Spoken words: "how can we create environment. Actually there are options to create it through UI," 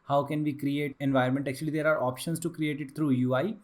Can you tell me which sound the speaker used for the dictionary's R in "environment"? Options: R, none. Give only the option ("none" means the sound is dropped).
none